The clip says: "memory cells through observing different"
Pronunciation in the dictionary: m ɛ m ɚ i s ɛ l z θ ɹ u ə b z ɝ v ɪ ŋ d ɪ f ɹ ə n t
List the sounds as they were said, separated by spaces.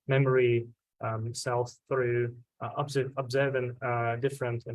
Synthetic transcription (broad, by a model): m ɛ m ɚ i s ɛ l θ ɹ u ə b z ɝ v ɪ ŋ d ɪ f ɹ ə n t